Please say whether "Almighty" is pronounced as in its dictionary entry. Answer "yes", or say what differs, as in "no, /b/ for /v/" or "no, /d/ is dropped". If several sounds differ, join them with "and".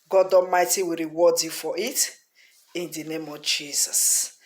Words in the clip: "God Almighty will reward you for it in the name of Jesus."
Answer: no, /l/ is dropped